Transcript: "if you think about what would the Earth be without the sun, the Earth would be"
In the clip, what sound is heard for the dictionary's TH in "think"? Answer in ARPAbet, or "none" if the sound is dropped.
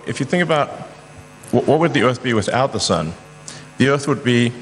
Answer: TH